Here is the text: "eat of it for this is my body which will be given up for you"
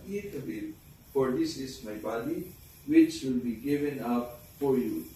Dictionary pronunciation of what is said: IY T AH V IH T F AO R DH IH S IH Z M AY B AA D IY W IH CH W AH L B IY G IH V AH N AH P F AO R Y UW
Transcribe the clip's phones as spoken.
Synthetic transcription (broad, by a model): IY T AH B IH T F AO R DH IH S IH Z M AY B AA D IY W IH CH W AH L B IY G IH V AH N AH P F AO R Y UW